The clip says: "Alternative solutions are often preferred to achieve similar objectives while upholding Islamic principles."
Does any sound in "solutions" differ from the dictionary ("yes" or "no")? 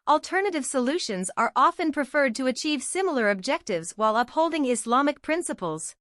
no